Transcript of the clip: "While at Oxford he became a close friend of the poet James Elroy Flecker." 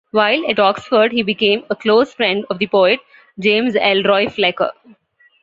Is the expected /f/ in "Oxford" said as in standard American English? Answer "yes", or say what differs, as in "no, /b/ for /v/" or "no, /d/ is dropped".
yes